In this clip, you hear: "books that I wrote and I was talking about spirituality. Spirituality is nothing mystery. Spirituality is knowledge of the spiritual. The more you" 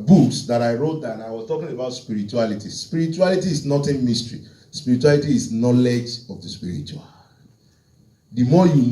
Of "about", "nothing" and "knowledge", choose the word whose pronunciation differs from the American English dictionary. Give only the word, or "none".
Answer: nothing